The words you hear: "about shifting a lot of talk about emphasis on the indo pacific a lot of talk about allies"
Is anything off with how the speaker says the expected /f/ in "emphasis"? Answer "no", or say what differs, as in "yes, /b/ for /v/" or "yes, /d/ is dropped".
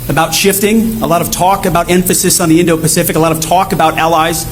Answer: no